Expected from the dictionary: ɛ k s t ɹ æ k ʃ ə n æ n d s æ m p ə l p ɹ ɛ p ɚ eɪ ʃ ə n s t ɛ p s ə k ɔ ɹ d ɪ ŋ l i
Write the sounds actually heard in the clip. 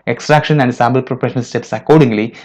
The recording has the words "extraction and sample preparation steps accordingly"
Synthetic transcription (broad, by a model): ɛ k s t ɹ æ k ʃ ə n æ n d s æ m b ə l p ɹ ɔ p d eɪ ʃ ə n s t ɛ p s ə k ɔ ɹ d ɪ ŋ l i